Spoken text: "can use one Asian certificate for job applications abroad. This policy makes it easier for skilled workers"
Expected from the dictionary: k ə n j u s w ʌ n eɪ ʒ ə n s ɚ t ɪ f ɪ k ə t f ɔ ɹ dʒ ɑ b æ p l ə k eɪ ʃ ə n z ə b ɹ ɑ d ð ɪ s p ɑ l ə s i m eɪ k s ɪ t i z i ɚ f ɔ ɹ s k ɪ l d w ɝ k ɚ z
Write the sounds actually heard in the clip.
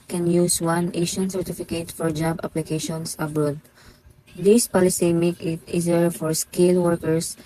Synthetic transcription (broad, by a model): k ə n j u s w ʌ n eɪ ʃ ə n s ɚ t ɪ f ɪ k ə t f ɔ ɹ dʒ ɑ b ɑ p l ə k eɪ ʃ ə n s ə b ɹ ɑ d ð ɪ s p ɑ l ə s i m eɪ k ɪ t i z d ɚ f ɔ ɹ s k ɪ l w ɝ k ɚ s